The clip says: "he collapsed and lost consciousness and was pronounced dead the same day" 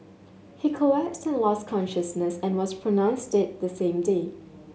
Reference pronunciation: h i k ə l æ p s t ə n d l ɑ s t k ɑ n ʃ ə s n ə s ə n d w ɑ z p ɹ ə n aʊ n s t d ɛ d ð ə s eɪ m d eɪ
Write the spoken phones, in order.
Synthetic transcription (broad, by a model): h i k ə æ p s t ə n l ɑ s k ɑ n ʃ ə s n ə s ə n w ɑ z p ɹ ə n aʊ n s t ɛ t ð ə s eɪ m d eɪ